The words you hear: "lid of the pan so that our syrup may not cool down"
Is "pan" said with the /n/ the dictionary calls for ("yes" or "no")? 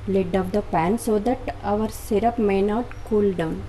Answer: yes